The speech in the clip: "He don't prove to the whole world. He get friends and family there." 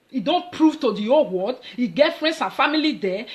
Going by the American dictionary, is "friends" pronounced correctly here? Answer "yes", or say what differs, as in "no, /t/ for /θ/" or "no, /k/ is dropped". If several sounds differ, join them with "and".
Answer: no, /s/ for /z/